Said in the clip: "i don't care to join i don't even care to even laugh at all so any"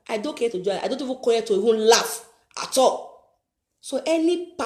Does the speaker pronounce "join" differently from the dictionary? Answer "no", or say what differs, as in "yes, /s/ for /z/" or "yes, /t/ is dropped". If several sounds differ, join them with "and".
yes, /n/ is dropped